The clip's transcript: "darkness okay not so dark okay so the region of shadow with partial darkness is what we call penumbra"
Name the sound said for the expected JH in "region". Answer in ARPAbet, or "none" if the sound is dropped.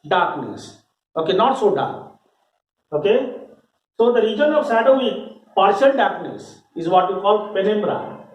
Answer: JH